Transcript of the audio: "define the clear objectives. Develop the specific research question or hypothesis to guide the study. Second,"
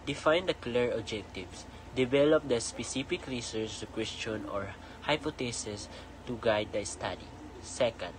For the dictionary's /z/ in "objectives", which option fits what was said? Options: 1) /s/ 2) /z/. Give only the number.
1